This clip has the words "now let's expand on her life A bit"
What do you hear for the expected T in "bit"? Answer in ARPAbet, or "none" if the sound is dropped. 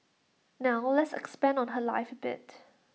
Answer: T